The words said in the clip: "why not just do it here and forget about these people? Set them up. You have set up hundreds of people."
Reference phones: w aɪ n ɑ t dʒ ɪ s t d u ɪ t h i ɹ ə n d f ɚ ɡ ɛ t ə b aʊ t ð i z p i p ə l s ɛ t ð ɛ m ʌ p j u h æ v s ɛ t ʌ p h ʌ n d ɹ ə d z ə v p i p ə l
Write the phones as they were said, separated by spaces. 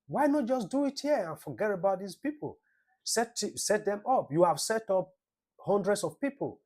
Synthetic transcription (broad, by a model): w aɪ n ɑ t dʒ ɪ s d u ɪ t h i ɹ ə n f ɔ ɡ ɛ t ə b aʊ t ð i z p i p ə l s ɛ t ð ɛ m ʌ p j u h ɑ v s ɛ t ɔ p h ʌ n d ɹ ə d s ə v p i p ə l